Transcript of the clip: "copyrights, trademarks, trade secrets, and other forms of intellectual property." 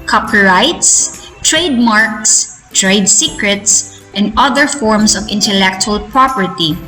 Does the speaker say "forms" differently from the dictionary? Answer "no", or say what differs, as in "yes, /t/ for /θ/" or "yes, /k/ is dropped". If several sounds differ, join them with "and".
yes, /s/ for /z/